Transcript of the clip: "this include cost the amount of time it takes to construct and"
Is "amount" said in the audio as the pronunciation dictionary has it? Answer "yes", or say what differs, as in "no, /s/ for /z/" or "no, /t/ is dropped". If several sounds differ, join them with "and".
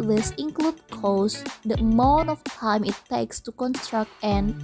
no, /t/ is dropped